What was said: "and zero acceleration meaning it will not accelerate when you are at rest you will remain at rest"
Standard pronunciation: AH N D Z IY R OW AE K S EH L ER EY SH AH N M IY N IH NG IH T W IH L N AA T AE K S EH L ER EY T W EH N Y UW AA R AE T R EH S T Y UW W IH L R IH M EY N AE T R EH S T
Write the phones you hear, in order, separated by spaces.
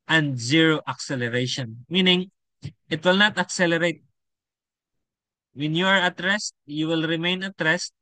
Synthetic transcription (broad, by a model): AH N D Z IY R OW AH K S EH L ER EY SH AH N M IY N IH NG IH T W IH L N AA T AE K S EH L ER EY T W EH N Y UW AA R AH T R EH S T Y UW W IH L R IH M EY N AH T R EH S T